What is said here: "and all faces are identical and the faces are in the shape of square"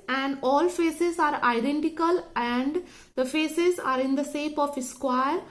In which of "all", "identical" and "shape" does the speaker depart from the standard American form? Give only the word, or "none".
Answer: shape